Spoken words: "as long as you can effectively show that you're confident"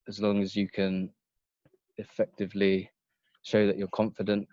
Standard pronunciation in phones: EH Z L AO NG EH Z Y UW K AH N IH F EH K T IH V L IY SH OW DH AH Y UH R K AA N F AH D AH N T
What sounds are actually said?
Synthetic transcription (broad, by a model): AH Z L AO NG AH Z Y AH K AH N IH F EH K T IH V L IY SH OW DH AH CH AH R K AA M F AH D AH N T